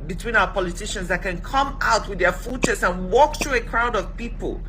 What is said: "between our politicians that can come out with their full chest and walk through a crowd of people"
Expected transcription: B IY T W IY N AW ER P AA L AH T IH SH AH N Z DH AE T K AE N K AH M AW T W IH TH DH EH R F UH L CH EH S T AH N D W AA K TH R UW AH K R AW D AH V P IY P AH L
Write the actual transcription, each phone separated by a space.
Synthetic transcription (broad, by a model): B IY T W IY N AW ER P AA L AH T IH SH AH N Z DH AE T K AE N K AH M AW T W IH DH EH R F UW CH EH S AH N W AA K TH R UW AH K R AW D AH V P IY P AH L